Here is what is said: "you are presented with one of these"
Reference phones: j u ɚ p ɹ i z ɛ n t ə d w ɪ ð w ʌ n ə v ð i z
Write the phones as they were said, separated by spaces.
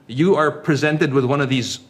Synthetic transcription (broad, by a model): j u ɚ p ɹ i z ɛ n t ə d w ɪ ð w ʌ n ə v ð i z